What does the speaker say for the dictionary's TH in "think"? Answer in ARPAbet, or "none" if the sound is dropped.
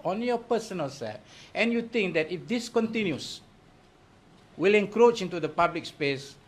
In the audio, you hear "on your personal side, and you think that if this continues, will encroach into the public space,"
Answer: T